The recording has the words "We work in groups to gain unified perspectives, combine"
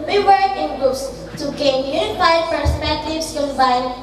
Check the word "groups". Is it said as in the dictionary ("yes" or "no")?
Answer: no